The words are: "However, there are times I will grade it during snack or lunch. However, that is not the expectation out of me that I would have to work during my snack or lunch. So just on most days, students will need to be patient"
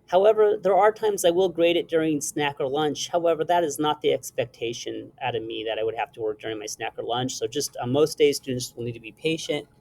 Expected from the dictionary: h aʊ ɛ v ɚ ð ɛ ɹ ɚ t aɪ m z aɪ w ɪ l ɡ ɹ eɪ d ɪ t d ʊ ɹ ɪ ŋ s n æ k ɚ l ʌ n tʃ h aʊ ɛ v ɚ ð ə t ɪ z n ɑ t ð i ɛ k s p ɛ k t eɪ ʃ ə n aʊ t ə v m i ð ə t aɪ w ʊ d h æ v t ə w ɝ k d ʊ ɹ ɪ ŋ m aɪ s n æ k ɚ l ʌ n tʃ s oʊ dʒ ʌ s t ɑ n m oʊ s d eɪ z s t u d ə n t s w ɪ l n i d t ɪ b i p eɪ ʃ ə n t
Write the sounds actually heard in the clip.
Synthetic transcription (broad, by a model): h aʊ ɛ v ɚ ð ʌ ɹ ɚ t aɪ m z aɪ w ɪ l ɡ ɹ eɪ d ɪ t d ʊ ɹ ɪ ŋ s n æ k ɚ l ʌ n tʃ h aʊ ɛ v ɚ ð ə t ɪ z n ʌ t ð i ɛ k s p ɛ k t eɪ ʃ ə n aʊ t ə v m i ð ə t aɪ w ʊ d h æ f t ə w ɝ k d ʊ ɹ ɪ ŋ m aɪ s n æ k ɚ l ʌ n tʃ s oʊ dʒ ʌ s t m oʊ s d eɪ z s t u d n t s w ɪ l n i d t ɪ b i p eɪ ʃ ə n t